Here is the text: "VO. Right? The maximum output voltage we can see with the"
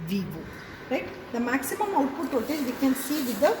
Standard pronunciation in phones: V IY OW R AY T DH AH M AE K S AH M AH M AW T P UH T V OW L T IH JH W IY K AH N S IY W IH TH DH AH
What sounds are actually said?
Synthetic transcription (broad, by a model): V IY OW R AY T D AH M AE K S AH M AH M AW T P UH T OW T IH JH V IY K AH N S IY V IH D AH